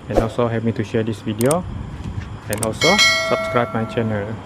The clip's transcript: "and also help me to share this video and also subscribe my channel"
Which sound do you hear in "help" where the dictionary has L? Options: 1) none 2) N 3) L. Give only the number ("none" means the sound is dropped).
1